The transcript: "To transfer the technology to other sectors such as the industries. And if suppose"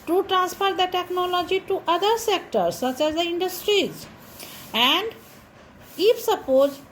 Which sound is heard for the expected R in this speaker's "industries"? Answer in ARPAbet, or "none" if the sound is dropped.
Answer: R